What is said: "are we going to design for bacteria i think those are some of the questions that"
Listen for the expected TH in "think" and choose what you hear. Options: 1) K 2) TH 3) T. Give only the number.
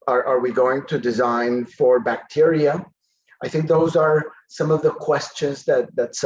2